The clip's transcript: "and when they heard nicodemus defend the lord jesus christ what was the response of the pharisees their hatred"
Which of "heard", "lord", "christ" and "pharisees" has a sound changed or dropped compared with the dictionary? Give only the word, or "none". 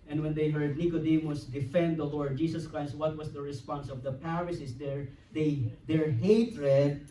pharisees